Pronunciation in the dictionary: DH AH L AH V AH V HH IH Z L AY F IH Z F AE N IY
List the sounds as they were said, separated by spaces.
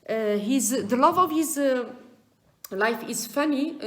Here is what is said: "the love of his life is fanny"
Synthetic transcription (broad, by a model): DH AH L AH V AH V HH IH Z L AY F IH Z F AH N IY